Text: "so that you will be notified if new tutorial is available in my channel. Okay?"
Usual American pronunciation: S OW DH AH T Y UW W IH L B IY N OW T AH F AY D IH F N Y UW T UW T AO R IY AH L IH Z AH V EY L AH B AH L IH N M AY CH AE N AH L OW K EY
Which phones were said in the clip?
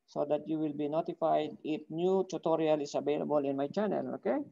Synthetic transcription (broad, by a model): S OW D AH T Y UW W IH L B IY N OW T AH F AY D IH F N Y UW T UW T AO R IY AH L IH S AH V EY L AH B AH L IH N M AY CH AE N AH L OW K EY